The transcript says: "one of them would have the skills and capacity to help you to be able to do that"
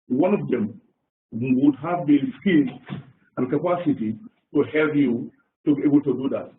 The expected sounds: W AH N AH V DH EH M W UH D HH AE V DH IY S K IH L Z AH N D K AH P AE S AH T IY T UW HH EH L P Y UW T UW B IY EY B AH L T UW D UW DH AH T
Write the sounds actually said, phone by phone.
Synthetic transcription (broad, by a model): W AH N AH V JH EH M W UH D HH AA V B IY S K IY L AH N K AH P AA S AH T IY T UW HH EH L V Y UW T UW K EY B AH L T UW D UW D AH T